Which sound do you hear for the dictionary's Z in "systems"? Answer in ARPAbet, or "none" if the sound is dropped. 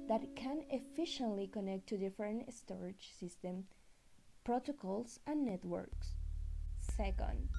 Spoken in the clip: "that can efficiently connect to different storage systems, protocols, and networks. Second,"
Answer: none